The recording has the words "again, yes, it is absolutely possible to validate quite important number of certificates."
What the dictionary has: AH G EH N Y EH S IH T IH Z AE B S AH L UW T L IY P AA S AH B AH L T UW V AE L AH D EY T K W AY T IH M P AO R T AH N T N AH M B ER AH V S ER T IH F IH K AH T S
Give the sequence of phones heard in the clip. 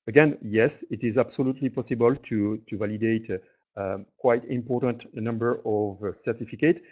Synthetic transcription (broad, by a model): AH G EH N Y EH S IH T IH Z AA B S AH L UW T L IY P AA S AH B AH L T UW V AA L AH D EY T K W AY T IH M P AO R T AH N T N AH M B ER AH V S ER T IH F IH K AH T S